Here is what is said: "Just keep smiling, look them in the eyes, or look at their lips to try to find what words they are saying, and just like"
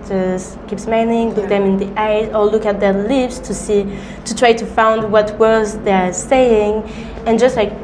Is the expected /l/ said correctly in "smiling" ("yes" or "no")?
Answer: no